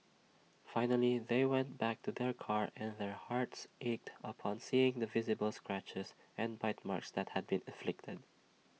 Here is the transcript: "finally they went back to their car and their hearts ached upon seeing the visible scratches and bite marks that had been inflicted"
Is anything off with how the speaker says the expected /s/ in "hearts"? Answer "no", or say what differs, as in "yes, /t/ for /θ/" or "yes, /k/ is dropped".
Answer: no